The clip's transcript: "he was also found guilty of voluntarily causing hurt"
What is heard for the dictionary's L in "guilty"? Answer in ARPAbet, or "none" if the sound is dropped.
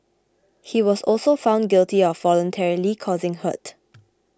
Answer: L